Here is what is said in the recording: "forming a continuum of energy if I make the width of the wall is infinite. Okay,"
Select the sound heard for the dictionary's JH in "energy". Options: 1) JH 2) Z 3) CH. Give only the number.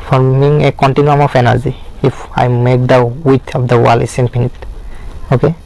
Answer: 2